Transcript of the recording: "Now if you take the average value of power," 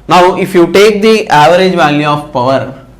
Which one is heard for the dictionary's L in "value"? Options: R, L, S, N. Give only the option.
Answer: L